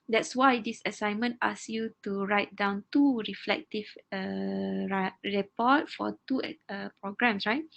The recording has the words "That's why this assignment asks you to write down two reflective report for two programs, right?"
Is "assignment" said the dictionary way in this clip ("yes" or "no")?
yes